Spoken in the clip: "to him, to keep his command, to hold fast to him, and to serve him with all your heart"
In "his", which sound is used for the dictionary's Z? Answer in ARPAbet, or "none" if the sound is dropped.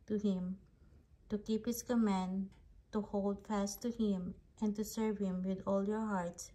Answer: S